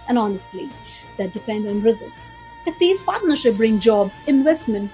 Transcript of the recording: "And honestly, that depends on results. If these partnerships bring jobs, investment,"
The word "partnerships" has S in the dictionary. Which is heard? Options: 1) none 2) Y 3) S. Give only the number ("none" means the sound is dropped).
1